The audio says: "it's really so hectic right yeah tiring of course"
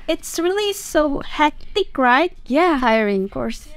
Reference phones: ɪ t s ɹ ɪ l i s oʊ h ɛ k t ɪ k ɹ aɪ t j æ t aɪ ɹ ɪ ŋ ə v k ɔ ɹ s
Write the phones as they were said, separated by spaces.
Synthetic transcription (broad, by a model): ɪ t s ɹ ɪ l i s oʊ h ɛ k t ɪ k ɹ aɪ t j æ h aɪ ɪ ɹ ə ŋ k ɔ ɹ s